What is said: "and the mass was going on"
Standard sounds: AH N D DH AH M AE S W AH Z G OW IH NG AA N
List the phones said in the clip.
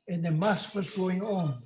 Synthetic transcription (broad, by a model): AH N DH AH M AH S W AH Z G OW IH NG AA N